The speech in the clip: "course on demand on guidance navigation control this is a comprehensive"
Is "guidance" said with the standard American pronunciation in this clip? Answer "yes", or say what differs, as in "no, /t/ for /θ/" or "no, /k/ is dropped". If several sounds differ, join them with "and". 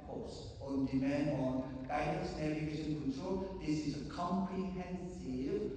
no, /n/ is dropped